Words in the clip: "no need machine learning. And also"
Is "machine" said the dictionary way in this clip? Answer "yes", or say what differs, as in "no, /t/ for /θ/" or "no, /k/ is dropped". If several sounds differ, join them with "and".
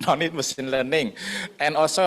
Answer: no, /s/ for /ʃ/